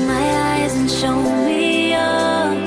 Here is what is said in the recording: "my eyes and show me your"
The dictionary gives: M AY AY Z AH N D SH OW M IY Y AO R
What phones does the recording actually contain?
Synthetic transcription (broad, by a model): M AY AY Z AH N SH OW M IY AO